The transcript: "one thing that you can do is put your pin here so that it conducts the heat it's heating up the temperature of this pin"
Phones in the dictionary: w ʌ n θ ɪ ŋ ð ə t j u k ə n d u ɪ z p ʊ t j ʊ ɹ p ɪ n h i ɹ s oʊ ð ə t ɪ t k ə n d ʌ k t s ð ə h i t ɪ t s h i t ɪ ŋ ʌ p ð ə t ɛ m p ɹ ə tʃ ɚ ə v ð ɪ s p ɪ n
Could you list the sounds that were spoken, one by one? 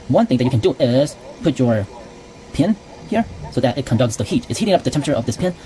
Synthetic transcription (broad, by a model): w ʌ n θ ɪ ŋ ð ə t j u k ə n d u ɪ z p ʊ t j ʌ ɹ p ɪ n h i ɹ s oʊ ð ə t ɪ t k ə n d ʌ k t s ð ə h i t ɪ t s h i t ɪ ŋ ʌ p ð ə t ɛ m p ə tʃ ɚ ə v ð ɪ s p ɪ n